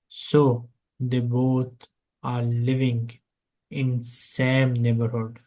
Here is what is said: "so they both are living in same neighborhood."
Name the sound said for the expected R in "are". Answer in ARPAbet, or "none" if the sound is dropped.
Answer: R